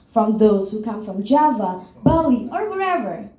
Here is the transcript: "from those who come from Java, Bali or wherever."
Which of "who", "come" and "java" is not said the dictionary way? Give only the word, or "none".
none